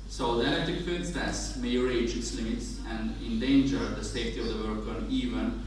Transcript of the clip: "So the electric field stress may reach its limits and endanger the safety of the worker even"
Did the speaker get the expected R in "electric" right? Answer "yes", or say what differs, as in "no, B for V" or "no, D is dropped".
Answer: no, R is dropped